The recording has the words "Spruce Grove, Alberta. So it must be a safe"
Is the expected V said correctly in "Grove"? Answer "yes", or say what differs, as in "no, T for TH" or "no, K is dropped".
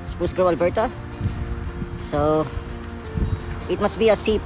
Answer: no, V is dropped